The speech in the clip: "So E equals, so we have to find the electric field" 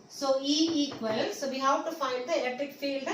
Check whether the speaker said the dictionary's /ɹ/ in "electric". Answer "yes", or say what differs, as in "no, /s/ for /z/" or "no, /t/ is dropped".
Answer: no, /ɹ/ is dropped